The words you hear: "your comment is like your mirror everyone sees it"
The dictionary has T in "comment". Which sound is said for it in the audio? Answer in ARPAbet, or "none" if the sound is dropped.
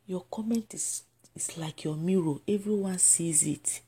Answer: T